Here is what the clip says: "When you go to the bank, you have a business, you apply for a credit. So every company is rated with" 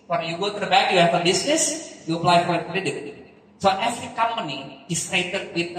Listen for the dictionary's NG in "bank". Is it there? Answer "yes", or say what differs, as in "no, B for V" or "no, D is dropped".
no, NG is dropped